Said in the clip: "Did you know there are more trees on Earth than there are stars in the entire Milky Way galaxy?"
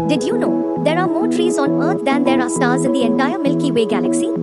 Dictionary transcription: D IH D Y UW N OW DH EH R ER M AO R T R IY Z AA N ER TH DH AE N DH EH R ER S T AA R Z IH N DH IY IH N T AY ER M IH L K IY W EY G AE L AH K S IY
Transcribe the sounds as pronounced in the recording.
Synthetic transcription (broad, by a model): D IH D Y UW N OW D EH R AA M AO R T R IY Z AA N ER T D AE N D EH R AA S T AA R Z IH N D IY IH N T AY ER M IH L K IY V EY G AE L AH K S IY